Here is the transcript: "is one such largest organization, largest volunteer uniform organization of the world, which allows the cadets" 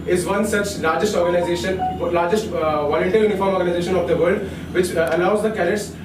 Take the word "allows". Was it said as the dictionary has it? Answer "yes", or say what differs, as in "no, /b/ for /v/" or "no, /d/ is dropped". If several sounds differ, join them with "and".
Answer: no, /n/ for /l/